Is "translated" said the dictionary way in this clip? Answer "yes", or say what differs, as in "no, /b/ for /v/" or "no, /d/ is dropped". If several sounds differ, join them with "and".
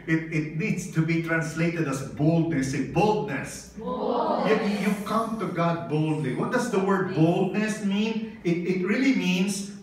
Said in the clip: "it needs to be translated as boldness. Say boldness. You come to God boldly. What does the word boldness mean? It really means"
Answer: yes